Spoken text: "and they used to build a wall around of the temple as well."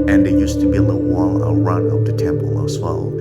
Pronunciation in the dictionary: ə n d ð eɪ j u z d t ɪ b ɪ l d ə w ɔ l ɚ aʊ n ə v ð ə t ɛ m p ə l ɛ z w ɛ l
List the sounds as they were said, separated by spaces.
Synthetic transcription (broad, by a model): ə n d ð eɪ j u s t ɪ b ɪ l ə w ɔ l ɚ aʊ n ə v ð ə t ɛ m p ə l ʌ s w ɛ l